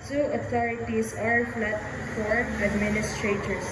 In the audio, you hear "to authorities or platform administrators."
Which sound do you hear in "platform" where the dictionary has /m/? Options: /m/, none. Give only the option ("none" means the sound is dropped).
none